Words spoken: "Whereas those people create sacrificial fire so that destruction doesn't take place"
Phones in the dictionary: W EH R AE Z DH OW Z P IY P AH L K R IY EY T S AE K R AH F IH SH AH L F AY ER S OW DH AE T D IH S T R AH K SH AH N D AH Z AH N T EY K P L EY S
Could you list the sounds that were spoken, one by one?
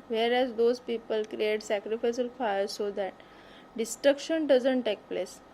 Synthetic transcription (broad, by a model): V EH R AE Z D OW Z P IY P AH L K R IY EY T S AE K R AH F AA S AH L F AY ER S OW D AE T D IH S T R AH K SH AH N D AH Z AH N T EY K P L EY S